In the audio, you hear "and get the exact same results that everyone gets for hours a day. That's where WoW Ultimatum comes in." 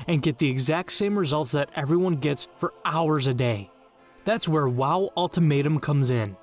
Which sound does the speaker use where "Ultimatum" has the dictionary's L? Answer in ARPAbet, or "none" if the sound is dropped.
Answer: L